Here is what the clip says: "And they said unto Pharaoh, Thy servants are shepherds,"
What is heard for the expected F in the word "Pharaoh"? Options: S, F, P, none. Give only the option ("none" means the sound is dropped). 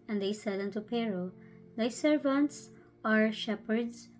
P